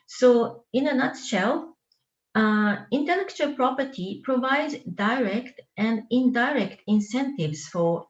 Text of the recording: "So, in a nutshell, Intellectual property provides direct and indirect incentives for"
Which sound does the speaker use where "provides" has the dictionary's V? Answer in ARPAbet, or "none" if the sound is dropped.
V